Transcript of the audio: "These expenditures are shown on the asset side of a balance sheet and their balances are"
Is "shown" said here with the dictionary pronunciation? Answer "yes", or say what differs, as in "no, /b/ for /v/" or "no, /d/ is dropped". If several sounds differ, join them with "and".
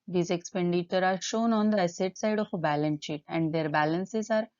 yes